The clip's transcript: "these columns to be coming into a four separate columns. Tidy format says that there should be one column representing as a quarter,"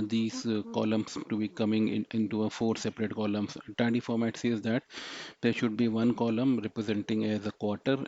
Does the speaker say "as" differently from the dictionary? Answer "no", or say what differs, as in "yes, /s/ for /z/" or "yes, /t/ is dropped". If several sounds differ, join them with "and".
no